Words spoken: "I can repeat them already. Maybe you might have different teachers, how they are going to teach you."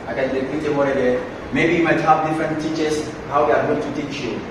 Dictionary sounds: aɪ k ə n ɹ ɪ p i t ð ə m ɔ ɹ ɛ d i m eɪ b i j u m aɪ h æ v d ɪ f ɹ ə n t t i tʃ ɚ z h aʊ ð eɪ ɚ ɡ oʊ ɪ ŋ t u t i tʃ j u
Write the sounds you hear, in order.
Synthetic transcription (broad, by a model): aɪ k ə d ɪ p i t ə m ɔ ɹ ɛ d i m eɪ b i m aɪ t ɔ p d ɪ f ɹ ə n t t i tʃ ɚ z h aʊ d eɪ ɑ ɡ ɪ t u t i tʃ j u